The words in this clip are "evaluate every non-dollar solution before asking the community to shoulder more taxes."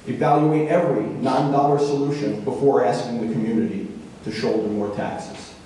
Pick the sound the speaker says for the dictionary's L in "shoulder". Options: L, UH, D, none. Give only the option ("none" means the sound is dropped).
L